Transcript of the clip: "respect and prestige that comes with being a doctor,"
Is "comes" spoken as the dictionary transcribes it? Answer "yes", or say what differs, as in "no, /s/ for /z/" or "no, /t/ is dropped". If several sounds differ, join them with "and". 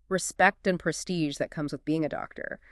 yes